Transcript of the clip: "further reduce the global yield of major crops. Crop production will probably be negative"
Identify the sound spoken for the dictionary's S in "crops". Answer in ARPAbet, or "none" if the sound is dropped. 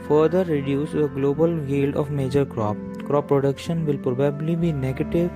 none